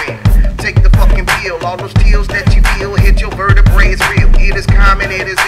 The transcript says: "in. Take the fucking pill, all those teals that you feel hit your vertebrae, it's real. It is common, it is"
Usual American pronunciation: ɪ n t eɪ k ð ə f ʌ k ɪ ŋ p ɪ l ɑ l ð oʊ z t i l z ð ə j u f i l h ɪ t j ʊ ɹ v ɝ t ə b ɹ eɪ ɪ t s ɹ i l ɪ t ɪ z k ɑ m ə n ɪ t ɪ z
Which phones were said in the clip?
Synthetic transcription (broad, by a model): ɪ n t eɪ k ð ə p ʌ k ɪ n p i l ɑ l ð oʊ z t i l z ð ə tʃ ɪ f i l h ɪ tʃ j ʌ ɹ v ɝ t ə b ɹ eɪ ɪ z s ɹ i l ɪ t ɪ z k ɑ m ə n ɪ t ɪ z